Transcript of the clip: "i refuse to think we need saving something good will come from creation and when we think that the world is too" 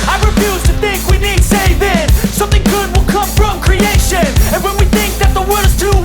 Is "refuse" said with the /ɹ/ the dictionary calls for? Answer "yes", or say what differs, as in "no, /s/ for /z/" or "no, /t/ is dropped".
yes